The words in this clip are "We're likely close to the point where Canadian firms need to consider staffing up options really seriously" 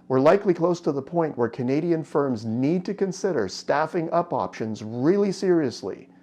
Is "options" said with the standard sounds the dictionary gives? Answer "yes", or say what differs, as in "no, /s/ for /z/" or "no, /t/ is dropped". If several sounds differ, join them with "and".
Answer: yes